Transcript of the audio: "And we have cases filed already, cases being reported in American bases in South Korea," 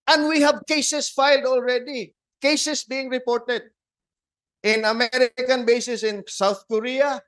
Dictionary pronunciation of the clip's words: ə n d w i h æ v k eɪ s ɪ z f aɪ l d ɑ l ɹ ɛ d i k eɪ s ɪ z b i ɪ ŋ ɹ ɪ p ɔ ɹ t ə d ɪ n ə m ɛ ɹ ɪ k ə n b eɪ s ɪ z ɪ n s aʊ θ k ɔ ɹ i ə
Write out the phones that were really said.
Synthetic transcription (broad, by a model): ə n d w i h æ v k eɪ s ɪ s f aɪ l d ɑ l ɹ ɛ d i k eɪ s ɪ s b i ɪ ŋ ɹ ɪ p ɔ ɹ t ə d ɪ n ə m ɛ ɹ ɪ k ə n b eɪ s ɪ s ɪ n s aʊ θ k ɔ ɹ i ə